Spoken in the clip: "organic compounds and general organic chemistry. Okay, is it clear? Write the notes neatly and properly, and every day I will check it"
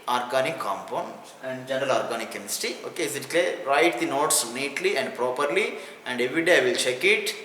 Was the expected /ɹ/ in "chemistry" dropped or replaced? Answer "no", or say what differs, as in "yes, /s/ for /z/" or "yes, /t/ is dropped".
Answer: yes, /ɹ/ is dropped